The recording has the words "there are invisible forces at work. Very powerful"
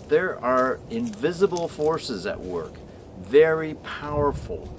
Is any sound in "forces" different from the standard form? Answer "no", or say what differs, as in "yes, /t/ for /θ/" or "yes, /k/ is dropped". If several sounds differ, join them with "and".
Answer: no